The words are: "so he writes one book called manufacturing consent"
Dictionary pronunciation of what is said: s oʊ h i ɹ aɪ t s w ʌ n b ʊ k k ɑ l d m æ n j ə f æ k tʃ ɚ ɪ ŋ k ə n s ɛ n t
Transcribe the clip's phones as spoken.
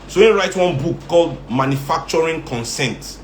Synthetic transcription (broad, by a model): s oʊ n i ɹ aɪ t w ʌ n b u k k ɑ l d m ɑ n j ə f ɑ k tʃ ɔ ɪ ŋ k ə n s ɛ n t